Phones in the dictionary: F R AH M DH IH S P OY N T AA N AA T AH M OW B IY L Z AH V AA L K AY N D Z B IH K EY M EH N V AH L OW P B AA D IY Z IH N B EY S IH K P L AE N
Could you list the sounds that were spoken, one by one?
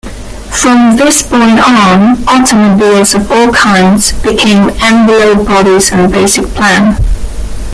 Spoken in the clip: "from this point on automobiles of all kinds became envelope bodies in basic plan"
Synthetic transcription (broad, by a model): F R AH M DH IH S B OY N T AA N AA T AH M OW B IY L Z AH V AA L K AY N D Z B IH K EY M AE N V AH L OW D B AA D IY Z IH N B EY S IH K P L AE N